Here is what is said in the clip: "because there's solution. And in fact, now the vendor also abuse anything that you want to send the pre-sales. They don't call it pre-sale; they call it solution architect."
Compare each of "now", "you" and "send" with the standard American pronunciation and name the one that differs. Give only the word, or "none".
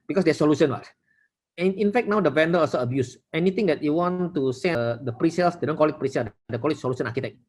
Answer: send